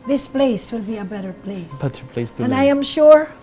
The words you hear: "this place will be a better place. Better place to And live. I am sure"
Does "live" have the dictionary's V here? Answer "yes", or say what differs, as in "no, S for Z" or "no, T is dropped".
no, V is dropped